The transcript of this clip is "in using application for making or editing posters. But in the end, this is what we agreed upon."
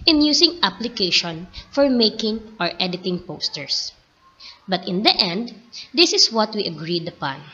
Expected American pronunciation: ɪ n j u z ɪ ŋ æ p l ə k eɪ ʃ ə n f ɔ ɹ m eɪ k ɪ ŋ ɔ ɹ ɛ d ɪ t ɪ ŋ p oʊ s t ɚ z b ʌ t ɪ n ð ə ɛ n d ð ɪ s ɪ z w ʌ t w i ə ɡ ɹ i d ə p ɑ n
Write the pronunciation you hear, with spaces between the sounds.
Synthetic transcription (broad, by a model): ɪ n j u s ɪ ŋ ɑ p l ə k eɪ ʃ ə n f ɔ ɹ m eɪ k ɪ ŋ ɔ ɹ ɛ d ɪ t ɪ ŋ p oʊ s t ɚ s b ʌ t ɪ n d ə ɛ n d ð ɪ s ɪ s w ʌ t w i ə ɡ ɹ i d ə p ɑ n